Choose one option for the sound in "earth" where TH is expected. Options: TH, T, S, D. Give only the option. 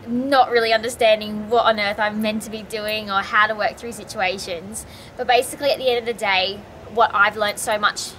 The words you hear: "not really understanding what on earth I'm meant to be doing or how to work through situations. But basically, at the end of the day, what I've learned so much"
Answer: TH